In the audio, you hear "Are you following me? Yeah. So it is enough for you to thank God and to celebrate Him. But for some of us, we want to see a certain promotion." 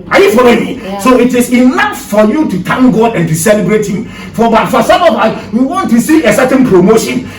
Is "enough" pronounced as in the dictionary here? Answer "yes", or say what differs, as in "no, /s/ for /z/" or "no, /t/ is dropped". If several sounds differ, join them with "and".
no, /l/ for /n/